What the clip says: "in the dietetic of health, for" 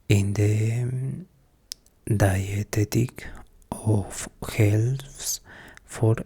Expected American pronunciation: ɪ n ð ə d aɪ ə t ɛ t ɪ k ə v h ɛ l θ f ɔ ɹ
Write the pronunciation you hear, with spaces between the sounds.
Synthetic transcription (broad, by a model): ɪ n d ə d aɪ ə t ɛ t ɪ k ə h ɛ l s f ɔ ɹ